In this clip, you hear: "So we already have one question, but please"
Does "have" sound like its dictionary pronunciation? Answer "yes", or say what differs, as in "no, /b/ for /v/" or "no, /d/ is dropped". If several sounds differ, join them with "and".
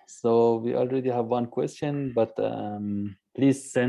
yes